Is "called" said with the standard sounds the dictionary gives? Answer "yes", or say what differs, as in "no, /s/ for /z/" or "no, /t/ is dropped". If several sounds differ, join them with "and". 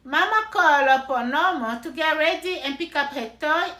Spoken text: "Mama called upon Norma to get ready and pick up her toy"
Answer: no, /d/ is dropped